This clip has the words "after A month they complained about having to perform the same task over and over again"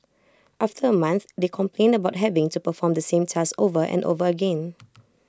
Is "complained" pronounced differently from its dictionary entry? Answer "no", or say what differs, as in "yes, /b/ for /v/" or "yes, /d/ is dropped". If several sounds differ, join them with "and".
no